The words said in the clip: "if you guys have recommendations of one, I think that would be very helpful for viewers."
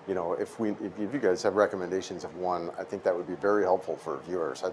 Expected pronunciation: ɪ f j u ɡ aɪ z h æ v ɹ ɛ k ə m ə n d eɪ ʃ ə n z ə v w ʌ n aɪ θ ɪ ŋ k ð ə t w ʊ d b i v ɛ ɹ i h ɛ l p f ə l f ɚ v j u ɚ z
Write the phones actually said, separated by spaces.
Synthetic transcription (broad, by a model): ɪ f j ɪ ɡ aɪ z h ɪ v ɹ ɛ k ə m ə n d eɪ ʃ ə n z ə v w ʌ n aɪ θ ɪ ŋ k ð ə t w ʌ d b i v ɛ ɹ i h ɛ l p f l f ɚ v j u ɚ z